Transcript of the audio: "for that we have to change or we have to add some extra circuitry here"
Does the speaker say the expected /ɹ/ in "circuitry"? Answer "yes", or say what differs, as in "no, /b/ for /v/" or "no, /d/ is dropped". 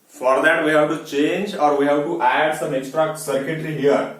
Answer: no, /l/ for /ɹ/